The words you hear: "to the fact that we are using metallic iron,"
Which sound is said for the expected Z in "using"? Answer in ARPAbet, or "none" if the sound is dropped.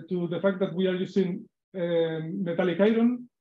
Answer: S